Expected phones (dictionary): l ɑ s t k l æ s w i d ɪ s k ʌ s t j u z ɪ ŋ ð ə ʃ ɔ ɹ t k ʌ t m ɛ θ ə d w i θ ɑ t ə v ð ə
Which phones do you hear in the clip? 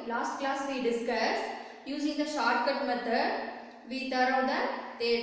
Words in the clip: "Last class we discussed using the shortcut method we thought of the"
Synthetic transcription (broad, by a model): l ɑ s t k l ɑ s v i d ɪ s k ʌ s j u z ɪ ŋ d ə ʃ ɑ ɹ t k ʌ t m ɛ t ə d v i t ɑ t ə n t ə